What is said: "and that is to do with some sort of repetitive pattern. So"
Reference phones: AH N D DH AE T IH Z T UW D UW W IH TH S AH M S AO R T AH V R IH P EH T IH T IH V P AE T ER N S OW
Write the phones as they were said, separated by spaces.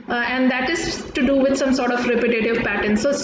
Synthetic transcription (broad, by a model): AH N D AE T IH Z T UW D UW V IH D S AH M S AO R T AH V R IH P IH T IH T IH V P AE T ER N S OW